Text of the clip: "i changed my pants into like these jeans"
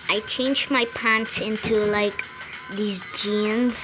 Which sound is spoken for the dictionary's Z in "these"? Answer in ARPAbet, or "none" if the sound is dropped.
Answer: Z